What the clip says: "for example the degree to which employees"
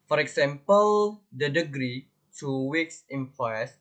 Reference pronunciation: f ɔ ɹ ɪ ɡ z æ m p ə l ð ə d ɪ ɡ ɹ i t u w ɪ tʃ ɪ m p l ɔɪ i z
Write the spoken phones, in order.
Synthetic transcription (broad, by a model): f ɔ ɹ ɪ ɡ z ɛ m p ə l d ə d ɪ ɡ ɹ i t u w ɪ s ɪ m p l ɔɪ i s